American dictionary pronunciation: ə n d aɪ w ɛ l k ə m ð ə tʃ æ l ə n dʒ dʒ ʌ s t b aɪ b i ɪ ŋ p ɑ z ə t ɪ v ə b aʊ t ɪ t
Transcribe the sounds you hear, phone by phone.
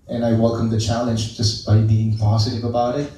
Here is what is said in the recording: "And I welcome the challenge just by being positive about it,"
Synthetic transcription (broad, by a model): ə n aɪ w ɛ l k ə m ð ə tʃ æ l ə n dʒ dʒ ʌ s b aɪ b i ɪ ŋ p ɑ z ə t ɪ v ə b aʊ t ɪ t